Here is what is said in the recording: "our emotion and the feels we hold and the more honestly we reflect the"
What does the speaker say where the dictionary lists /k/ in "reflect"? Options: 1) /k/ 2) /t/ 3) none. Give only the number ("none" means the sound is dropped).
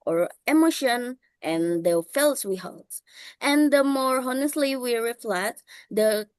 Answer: 3